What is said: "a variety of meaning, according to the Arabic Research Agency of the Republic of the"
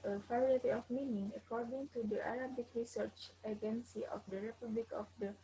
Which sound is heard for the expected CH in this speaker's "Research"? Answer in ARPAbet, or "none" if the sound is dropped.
CH